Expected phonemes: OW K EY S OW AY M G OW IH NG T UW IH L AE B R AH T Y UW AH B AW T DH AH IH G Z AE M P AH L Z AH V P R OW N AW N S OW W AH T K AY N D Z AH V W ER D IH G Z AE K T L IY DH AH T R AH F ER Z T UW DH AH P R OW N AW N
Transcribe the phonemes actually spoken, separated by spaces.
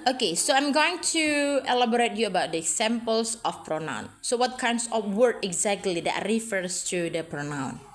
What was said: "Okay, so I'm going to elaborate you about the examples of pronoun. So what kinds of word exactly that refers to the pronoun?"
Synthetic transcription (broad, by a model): OW K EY S OW AY M G OW IH NG T UW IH L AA B R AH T Y UW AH B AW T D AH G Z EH M P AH L S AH F P R OW N AW N S OW W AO T K AY N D S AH F W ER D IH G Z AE K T L IY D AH T R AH F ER S T UW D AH P R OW N AW N